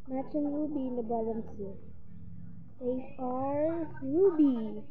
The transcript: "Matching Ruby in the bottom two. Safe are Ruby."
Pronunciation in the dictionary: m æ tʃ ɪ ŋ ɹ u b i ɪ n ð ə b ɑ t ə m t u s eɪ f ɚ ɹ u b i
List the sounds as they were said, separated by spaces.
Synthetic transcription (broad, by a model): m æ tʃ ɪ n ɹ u b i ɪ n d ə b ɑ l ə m s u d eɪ ɚ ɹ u b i